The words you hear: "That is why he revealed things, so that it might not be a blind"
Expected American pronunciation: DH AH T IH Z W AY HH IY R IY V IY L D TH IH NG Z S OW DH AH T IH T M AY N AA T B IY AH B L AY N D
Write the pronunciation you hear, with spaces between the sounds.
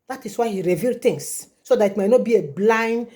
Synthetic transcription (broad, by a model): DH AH T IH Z W AY HH IY R IY V IY L D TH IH NG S S OW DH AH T IH T M AY N AA T B IY AH B L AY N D